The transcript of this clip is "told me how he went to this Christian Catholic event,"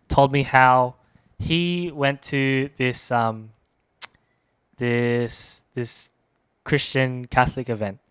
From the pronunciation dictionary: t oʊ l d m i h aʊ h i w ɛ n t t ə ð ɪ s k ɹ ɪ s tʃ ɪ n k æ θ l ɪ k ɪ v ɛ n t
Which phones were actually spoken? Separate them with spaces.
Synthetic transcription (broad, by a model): t oʊ l d m i h aʊ h i w ɛ n t s ə ð ɪ s k ɹ ɪ s tʃ ɪ n k æ θ l ɪ k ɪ v ɛ n t